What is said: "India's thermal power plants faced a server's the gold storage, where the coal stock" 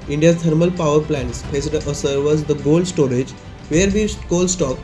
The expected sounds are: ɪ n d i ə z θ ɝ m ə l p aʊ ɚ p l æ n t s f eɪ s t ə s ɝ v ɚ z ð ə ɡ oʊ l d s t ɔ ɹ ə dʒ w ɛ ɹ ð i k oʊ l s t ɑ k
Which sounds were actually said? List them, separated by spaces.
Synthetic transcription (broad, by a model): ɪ n d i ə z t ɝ m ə l p aʊ ɚ p l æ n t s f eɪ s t ə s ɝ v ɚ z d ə ɡ oʊ l d s t ɔ ɹ ə dʒ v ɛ ɹ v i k oʊ l s t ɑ k